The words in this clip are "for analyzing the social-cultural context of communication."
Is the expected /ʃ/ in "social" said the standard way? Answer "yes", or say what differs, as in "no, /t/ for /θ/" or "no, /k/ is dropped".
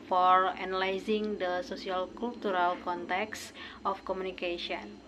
no, /s/ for /ʃ/